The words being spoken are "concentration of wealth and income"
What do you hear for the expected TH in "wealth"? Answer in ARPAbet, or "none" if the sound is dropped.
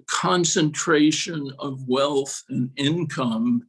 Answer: TH